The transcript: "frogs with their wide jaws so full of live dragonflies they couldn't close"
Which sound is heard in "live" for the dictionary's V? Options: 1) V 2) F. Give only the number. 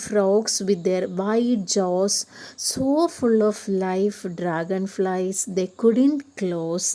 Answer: 2